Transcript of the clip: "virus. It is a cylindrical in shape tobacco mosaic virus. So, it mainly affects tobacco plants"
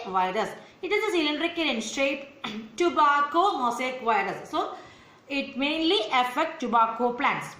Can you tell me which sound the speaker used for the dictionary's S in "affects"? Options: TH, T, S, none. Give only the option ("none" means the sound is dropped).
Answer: none